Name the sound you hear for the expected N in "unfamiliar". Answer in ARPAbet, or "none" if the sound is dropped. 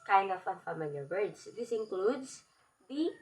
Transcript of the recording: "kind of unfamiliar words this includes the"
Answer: none